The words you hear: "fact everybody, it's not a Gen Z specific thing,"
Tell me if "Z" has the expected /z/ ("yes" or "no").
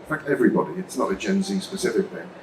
yes